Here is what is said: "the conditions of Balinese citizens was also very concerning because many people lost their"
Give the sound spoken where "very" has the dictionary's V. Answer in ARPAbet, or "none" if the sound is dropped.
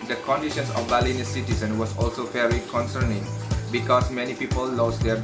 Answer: F